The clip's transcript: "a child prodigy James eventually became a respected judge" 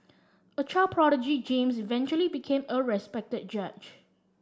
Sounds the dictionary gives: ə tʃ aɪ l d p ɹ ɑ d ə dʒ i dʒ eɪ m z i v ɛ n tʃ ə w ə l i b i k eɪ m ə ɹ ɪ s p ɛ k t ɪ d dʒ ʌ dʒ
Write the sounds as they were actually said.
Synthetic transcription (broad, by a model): ə tʃ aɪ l p ɹ ɑ d ə dʒ i dʒ eɪ m s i v ɛ n tʃ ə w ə l i b i k eɪ m ə ɹ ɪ s p ɛ k t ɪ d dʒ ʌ tʃ